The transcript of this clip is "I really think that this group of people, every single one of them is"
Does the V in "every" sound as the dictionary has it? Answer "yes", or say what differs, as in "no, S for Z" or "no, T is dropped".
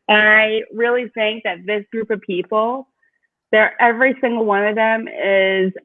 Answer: yes